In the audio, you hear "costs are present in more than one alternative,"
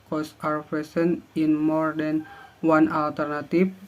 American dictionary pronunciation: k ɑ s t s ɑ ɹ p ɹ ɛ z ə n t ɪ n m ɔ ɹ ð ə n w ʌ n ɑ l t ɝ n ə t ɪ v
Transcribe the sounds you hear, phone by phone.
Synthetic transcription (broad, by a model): k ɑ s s ɑ ɹ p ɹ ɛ s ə n ɪ n m ɔ ɹ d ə n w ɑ n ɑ l t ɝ n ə t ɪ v